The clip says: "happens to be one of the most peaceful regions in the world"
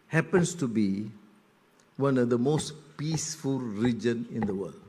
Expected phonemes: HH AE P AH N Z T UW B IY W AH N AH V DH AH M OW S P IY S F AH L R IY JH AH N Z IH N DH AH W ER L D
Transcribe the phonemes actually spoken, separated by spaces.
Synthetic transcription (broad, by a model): HH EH P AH N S T UW B IY W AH N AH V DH AH M OW S P IY S F AH L R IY JH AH N IH N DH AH W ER L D